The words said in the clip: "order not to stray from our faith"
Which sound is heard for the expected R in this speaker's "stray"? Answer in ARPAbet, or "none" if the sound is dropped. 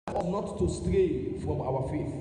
R